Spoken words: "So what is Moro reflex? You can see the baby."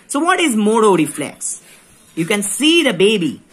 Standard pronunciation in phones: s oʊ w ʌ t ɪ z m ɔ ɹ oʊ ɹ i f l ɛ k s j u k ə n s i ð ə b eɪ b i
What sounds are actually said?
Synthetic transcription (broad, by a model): s oʊ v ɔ t ɪ z m ɔ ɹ oʊ ɹ i f l ɛ k s j u k ə n s i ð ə b eɪ b i